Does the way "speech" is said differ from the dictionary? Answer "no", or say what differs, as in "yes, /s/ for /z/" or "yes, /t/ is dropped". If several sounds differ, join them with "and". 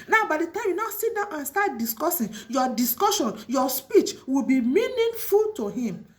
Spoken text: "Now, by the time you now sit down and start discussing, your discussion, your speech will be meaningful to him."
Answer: no